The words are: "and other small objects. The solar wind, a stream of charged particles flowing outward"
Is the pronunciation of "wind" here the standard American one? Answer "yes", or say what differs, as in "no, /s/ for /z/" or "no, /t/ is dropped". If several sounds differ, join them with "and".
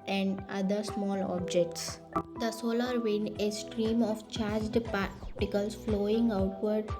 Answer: no, /d/ is dropped